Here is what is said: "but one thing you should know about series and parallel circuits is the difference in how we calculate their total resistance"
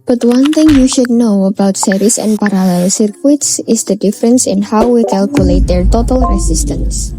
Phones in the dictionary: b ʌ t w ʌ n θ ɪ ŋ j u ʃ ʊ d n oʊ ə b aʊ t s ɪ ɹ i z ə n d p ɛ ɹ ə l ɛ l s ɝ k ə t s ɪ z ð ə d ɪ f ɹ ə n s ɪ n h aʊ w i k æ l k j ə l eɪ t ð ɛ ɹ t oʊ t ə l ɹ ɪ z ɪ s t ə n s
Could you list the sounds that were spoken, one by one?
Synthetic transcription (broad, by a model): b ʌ t w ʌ n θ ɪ ŋ j u ʃ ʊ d n oʊ ə b aʊ t s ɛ ɹ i s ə n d p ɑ ɹ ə l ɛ l s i k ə t s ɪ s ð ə d ɪ f ɹ ə n s ɪ n h aʊ w i k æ l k j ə l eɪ t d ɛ ɹ t oʊ t ə l ɹ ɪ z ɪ s t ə n s